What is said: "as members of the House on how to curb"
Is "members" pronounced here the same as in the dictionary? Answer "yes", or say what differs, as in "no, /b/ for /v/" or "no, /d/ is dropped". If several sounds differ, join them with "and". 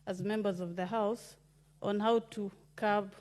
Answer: yes